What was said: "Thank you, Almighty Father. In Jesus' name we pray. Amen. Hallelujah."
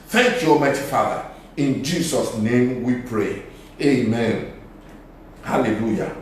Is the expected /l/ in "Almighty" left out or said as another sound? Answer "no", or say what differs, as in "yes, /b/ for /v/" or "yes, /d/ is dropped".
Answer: yes, /l/ is dropped